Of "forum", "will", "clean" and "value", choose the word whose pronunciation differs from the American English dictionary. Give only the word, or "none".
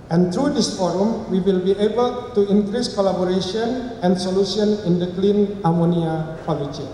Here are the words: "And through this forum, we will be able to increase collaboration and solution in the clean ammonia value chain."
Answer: value